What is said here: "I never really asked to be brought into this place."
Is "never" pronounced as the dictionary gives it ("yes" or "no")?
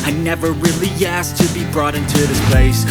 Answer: yes